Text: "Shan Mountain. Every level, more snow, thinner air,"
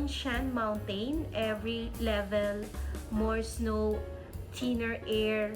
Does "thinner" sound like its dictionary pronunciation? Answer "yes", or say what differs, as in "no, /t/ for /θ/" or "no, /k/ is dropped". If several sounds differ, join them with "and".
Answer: no, /t/ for /θ/